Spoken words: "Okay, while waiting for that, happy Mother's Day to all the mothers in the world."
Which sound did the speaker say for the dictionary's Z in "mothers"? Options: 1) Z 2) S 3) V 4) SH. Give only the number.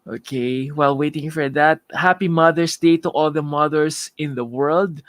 2